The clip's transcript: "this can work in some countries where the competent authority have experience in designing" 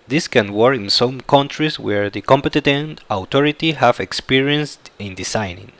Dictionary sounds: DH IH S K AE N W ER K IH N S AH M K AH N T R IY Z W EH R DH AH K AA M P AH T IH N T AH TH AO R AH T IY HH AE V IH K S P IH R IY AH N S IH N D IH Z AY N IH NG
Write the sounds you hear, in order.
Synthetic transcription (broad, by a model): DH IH S K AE N W ER K N S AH M K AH N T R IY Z W EH R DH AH K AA M P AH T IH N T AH T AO R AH T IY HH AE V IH K S P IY R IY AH N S IH N D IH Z AY N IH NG